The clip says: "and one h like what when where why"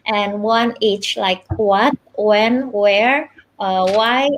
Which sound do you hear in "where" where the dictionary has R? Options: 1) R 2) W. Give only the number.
1